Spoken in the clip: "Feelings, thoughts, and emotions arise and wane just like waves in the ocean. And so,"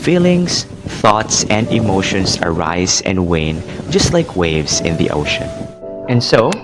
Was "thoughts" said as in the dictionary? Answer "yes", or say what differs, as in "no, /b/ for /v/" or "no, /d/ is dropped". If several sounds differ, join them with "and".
yes